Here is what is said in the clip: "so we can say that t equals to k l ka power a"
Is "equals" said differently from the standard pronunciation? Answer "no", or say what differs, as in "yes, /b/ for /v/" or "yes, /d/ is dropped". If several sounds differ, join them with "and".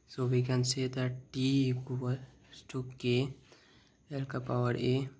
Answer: yes, /k/ is dropped